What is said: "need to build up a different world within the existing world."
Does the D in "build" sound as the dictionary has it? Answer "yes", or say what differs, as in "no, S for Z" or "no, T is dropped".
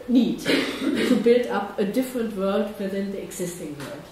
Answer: yes